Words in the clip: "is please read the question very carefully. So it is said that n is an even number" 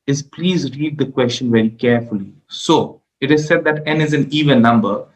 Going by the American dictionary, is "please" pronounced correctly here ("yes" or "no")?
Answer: yes